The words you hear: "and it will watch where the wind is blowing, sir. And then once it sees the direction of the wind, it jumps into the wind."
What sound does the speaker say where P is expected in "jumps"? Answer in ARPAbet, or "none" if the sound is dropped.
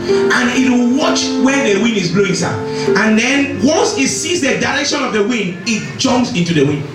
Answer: none